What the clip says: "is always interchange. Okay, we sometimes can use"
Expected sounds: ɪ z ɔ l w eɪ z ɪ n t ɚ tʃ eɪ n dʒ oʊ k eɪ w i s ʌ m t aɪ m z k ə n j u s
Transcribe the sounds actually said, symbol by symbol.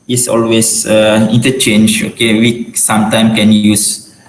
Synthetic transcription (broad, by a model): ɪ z ɔ l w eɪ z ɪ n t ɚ tʃ eɪ n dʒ oʊ k eɪ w i s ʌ m t aɪ m k ə n j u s